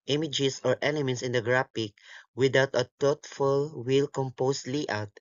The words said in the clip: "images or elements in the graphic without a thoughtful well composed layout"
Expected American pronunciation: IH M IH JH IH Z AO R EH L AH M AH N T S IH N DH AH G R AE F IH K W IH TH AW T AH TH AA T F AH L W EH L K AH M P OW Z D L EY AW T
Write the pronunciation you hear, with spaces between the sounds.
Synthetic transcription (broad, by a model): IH M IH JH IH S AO R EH L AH M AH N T S IH N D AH G R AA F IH K W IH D AW T AH T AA T F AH L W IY L K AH M P OW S L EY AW T